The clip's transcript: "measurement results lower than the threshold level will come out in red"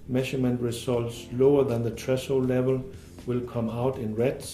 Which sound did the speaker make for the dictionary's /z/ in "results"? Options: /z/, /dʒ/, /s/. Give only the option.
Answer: /s/